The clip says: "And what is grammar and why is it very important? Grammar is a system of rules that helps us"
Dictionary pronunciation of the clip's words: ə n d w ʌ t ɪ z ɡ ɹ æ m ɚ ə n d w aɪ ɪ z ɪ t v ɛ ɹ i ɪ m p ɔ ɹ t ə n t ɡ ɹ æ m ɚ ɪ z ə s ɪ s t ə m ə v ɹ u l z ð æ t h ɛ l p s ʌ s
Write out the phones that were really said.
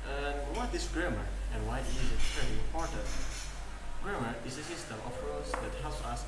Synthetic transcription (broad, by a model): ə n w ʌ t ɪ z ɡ ɹ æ m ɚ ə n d w aɪ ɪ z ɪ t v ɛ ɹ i ɪ m p ɔ ɹ t ə n t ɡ ɹ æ m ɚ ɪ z ə s ɪ s t ə m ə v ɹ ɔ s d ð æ t h ɛ l p s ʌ s